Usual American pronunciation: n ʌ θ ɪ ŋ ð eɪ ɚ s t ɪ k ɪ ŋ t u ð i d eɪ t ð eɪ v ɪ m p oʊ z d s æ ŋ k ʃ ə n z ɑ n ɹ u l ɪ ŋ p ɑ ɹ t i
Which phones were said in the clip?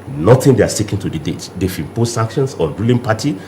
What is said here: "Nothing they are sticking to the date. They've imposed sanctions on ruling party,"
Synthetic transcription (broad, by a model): n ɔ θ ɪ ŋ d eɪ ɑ s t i k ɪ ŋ t u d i d eɪ t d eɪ f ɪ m p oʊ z s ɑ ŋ k ʃ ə n s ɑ ɹ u l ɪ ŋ p ɑ t i